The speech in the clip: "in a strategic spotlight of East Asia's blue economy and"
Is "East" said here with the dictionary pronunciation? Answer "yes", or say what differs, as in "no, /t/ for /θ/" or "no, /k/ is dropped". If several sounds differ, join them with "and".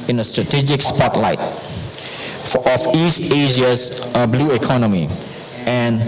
yes